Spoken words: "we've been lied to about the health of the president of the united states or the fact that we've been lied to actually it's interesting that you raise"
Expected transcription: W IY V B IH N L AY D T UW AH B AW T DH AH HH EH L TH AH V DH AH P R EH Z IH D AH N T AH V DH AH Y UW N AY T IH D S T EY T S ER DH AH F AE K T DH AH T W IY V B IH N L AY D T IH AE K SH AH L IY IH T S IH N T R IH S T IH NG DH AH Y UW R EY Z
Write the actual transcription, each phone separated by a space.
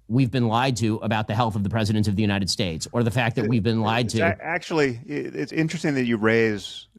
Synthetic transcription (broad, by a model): W IY V B IH N L AY D T UW AH B AW T DH AH HH EH L TH AH V DH AH P R EH Z IH D AH N T AH V DH AH Y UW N AY T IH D S T EY T S ER DH AH F AE K DH AH T W IY V B IH N L AY D T IH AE K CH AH L IY IH T S IH N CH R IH S T IH NG DH AH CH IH R EY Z